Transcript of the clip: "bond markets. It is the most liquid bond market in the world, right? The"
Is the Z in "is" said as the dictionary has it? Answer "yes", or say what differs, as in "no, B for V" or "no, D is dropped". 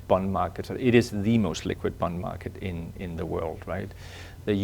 yes